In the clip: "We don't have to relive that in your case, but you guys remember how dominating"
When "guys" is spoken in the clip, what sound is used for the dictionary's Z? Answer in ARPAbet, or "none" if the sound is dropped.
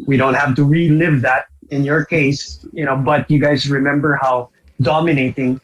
Z